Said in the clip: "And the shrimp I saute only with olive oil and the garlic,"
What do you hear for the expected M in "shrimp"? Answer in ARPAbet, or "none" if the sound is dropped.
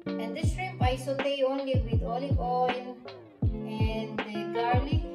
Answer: none